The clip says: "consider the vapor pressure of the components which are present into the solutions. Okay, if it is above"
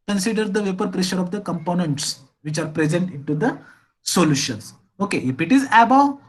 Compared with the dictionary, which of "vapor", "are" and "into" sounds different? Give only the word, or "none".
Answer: none